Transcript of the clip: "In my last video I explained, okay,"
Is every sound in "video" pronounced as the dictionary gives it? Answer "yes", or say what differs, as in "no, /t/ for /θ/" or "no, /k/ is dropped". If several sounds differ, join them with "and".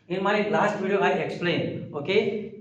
no, /b/ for /v/